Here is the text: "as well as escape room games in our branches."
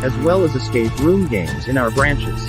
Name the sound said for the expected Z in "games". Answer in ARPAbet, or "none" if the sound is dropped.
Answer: Z